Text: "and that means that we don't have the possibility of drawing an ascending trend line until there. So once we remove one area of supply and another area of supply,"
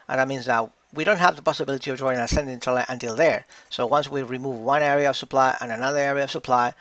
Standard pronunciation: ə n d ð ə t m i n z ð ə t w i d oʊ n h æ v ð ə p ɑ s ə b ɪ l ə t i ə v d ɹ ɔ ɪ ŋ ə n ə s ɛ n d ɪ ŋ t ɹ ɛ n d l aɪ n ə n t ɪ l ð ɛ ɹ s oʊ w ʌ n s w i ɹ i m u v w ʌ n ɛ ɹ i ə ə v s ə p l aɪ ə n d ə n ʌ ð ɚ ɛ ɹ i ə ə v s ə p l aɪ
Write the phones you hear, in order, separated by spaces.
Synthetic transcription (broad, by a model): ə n ð ə t m i n z ð ə t w i d oʊ n h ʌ v ð ə p ɑ s ə b ɪ l ə t i ə v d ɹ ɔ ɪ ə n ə s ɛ n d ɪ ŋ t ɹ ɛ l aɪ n ə n t ɪ l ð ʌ ɹ s oʊ w ʌ n s w i ɹ i m u v w ʌ n ɛ ɹ i ə ə v s ə p l aɪ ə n ə n ʌ ð ɚ ɛ ɹ i ə ə v s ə p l aɪ